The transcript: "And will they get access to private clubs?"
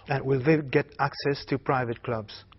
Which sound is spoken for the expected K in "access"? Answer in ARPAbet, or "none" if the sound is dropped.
K